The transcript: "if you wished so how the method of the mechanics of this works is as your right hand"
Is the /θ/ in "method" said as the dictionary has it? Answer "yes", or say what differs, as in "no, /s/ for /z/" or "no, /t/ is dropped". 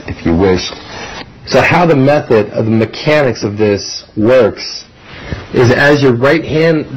yes